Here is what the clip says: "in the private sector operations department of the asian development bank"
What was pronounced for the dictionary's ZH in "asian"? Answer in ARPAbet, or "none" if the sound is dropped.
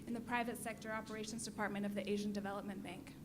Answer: ZH